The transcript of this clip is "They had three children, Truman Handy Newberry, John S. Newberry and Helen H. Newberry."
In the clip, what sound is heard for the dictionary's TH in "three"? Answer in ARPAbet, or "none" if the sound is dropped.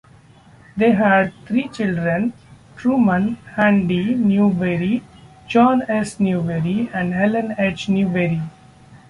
T